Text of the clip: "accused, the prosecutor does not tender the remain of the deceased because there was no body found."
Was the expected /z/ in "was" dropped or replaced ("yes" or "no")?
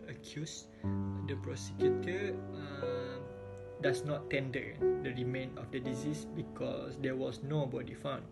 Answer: yes